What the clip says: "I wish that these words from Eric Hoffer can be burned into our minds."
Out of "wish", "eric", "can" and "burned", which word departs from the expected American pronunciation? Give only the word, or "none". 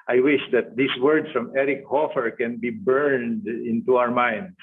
none